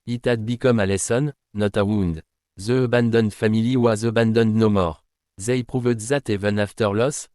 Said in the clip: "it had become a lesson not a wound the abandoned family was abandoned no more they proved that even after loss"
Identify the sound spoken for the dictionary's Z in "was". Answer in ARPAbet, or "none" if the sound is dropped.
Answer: Z